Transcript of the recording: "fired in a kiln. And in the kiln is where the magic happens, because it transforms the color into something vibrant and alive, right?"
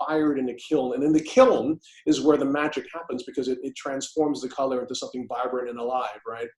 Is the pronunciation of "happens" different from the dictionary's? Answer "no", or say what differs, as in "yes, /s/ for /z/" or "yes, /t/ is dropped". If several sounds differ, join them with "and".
no